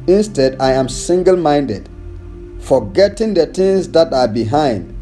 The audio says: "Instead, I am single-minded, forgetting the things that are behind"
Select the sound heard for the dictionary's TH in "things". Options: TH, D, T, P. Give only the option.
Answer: T